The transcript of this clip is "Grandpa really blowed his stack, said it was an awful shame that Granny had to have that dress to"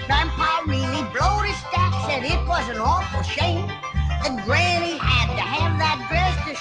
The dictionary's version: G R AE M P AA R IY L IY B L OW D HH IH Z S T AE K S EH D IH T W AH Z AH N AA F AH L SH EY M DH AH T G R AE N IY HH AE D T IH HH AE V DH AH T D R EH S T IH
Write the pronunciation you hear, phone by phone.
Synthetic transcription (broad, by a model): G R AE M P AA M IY N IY B L OW D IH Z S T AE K S EH D IH T W AH Z AH N AA F L SH EY M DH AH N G R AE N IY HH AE D T IH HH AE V DH AH T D R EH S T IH